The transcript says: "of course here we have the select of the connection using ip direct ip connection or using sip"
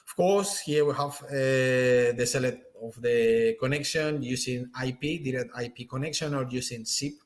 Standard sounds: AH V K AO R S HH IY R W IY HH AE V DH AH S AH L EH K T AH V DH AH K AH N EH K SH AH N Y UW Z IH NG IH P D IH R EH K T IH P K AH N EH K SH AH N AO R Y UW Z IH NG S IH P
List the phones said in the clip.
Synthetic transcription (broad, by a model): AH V K AO R S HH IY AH W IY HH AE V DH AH S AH L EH T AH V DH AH K AH N EH K SH AH N Y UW S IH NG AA P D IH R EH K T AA P K AH N EH K SH AH N AO R Y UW S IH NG S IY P